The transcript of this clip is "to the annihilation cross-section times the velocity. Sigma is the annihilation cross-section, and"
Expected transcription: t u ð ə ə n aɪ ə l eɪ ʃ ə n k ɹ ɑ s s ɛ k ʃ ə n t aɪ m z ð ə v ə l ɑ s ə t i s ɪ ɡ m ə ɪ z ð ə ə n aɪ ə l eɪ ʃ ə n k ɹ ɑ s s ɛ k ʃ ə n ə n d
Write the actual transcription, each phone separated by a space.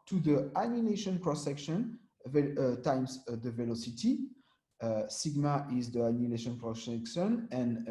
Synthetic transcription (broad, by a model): t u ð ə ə n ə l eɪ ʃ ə n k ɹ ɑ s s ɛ k ʃ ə n t aɪ m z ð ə v ə l ɑ s ə t i s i ɡ m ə ɪ z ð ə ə n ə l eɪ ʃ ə n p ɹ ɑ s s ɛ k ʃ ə n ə n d